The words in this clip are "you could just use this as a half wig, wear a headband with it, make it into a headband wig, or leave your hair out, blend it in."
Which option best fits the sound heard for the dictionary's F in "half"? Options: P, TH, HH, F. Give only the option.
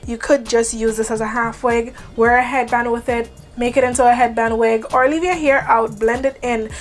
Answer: F